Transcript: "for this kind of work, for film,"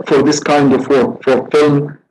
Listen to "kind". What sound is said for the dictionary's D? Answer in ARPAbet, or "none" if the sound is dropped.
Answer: D